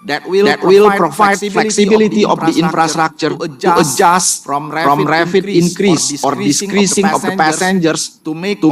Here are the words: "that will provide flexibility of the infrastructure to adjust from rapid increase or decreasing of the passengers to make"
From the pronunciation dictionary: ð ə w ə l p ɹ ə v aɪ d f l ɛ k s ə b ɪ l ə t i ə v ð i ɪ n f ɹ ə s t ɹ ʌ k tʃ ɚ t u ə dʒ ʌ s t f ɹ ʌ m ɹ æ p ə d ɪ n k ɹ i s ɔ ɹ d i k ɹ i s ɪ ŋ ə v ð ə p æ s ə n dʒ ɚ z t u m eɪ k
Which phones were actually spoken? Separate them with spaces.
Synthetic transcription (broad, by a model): w ə l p ɹ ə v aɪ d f l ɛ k s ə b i l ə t i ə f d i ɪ n f ɹ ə s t ɹ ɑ k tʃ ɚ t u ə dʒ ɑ s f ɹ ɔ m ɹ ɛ f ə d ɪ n k ɹ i s ɔ ɹ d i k ɹ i s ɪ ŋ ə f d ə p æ s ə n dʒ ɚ s t u